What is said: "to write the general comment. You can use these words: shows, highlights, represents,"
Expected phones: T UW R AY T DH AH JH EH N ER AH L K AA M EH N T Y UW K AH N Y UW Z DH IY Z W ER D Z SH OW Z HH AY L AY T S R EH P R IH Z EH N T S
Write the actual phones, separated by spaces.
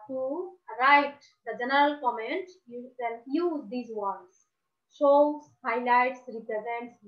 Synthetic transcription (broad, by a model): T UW R AY T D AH JH EH N ER AH L K AA M EH N T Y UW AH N Y UW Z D IY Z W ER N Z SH OW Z HH AY L AY T S R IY P R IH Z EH N T S